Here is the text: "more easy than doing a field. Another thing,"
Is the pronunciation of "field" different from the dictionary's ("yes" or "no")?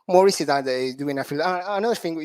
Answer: yes